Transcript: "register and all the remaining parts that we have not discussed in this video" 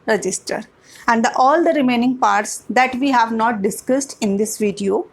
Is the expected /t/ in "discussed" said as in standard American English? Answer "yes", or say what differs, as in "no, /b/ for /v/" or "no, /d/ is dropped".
yes